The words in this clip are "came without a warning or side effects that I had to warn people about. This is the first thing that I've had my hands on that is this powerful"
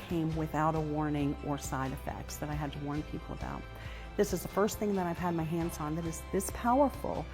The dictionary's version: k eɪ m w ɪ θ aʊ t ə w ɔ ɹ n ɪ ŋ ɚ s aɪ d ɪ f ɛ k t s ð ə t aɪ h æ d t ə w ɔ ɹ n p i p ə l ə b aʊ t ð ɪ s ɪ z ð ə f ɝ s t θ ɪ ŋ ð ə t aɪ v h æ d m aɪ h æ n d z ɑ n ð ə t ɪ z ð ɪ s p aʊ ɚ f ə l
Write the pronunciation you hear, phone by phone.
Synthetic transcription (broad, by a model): k eɪ m w ɪ θ aʊ t ə w ɔ ɹ n ɪ ŋ ɚ s aɪ d ɪ f ɛ k t s ð ə t aɪ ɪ d t ə w ɔ ɹ n p i p l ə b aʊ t ð ɪ s ɪ z ð ə f ɝ s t θ ɪ ŋ ð ə t aɪ v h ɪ d m aɪ h æ n d z n ð ə t ɪ z ð ɪ s p aʊ ɚ f l